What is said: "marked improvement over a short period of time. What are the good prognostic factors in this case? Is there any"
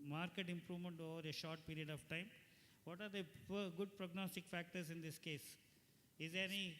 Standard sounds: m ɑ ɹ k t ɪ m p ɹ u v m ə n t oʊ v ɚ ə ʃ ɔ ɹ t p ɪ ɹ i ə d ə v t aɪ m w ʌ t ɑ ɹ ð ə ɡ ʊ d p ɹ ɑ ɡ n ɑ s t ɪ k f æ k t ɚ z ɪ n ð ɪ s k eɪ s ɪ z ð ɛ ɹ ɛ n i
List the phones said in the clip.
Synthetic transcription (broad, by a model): m ɑ ɹ k t ɪ m p ɹ u v m ə n t oʊ v ɚ ə ʃ ɔ ɹ t p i ɹ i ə d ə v t aɪ m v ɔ t ɑ ɹ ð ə ɡ ʊ d p ɹ ɑ ɡ n ɑ s t ɪ k f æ k t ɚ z ɪ n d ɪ s k eɪ s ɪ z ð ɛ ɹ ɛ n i